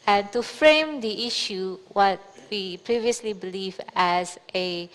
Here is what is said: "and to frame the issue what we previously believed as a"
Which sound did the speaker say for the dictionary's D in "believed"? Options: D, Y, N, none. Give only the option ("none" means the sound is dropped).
none